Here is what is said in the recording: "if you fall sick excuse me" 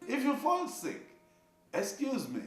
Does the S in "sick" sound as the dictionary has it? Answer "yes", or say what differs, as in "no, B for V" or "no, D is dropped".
yes